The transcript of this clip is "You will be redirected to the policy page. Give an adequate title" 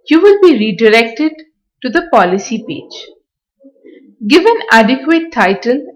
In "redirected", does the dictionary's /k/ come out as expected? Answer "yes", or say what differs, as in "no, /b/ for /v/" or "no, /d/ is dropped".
yes